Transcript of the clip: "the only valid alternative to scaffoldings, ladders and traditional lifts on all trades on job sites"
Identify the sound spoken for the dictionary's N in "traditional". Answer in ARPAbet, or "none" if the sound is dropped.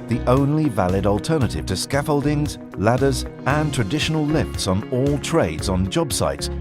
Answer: N